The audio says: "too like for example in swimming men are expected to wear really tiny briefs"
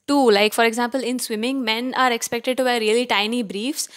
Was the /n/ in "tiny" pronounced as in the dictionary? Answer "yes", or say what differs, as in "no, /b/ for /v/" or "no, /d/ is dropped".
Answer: yes